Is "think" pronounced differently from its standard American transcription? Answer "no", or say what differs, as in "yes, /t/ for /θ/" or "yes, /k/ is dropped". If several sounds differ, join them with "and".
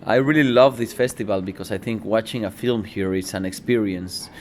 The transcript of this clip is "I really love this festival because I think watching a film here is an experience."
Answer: no